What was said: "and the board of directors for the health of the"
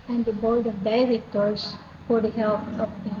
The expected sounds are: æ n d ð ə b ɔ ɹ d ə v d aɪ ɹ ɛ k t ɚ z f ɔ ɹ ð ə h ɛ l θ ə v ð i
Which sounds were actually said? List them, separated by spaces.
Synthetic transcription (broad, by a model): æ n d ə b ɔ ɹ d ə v d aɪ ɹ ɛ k t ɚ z f ɔ ɹ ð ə h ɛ l t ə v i